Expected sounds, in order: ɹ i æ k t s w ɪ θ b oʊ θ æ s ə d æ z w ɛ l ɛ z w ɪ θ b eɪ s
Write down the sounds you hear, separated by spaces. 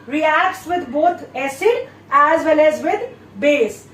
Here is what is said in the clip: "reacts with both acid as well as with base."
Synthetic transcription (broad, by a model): ɹ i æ k t s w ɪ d b oʊ t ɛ s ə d æ z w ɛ l ɛ z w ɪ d b eɪ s